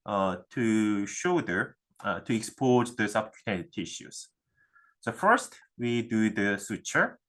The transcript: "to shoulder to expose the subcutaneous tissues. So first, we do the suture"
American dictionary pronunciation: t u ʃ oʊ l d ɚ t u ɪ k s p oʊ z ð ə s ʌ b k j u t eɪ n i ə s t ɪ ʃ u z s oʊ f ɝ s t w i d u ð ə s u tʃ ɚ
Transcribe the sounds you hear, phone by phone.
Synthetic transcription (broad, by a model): t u ʃ oʊ d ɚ t u ɪ k s p oʊ z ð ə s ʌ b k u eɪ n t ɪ ʃ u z s oʊ f ɝ s t w i d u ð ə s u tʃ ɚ